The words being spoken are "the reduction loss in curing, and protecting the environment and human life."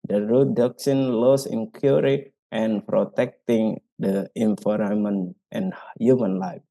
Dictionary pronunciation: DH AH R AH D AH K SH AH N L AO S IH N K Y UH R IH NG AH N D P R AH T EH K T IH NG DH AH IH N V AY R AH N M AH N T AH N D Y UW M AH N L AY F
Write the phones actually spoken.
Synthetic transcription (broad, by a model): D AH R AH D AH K S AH N L AO S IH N K Y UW R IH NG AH N P R AH T EH K T IH NG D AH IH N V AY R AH M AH N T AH N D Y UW M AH N L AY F